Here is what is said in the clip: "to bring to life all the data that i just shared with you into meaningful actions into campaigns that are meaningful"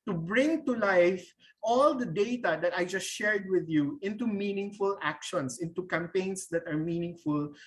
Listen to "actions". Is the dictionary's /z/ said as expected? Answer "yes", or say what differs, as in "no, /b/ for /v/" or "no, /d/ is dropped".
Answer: no, /s/ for /z/